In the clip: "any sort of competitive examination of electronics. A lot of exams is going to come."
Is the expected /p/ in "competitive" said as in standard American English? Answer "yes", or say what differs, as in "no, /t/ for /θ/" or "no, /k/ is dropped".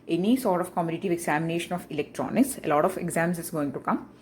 no, /p/ is dropped